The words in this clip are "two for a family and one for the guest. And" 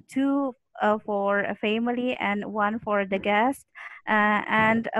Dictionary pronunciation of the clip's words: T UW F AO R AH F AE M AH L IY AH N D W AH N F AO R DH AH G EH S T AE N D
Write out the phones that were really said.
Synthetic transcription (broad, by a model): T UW F AO R AH F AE M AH L IY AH N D W AH N F AO R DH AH G EH S T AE N D